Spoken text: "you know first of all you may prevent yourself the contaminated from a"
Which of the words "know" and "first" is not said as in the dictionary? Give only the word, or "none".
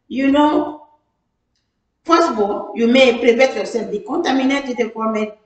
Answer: first